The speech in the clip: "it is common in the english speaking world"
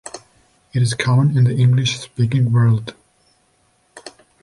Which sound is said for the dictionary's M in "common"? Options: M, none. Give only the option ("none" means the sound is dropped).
none